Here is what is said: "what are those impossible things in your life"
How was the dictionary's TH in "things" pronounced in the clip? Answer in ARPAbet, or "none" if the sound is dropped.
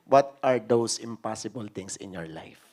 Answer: T